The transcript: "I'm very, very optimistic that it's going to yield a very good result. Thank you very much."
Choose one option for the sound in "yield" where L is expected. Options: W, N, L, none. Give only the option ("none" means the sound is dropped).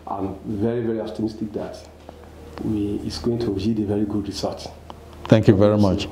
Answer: none